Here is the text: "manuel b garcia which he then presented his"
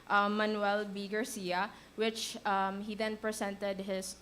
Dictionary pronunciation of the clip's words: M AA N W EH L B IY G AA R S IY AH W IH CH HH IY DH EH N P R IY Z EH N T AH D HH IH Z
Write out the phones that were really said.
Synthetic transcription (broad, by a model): M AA N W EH L B IY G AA R S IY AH W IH CH HH IY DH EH N P R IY S EH N T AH D HH IH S